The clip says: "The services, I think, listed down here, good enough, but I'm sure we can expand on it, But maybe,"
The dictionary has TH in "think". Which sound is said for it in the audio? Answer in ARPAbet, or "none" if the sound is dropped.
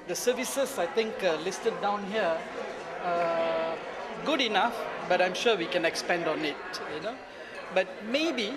T